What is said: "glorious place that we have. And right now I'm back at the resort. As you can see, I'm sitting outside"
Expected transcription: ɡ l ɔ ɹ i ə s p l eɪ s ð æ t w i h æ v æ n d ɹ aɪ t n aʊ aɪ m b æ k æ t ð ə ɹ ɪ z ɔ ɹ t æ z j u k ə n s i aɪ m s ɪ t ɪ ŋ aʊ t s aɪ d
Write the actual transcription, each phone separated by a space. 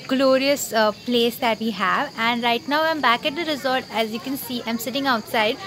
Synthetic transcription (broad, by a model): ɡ l ɔ ɹ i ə s p l eɪ s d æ t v i h æ v æ n d ɹ aɪ t n aʊ aɪ m b æ k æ t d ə ɹ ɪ z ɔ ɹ t æ z j u k ə n s i aɪ m s ɪ t ɪ ŋ aʊ t s aɪ d